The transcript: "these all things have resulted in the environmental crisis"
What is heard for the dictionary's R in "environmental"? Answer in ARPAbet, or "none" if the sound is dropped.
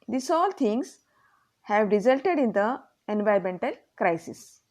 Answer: none